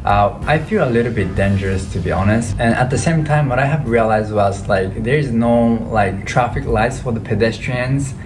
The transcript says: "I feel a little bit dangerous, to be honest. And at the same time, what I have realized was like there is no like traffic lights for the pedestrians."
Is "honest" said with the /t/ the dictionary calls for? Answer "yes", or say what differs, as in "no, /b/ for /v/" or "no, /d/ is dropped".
yes